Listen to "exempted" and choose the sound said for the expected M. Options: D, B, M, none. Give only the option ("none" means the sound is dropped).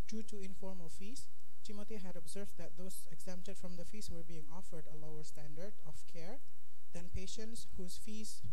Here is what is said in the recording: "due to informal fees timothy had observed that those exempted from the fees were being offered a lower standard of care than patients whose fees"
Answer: M